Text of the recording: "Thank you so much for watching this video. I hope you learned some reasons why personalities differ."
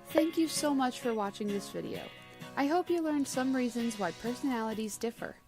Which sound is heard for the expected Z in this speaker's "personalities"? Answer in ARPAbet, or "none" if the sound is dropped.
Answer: Z